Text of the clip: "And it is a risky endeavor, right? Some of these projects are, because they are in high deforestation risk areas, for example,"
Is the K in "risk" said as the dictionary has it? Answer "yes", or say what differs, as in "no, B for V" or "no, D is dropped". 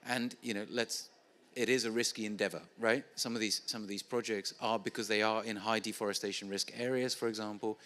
yes